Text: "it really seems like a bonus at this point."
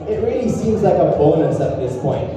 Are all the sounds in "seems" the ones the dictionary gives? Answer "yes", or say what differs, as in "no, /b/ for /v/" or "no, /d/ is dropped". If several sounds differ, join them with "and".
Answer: yes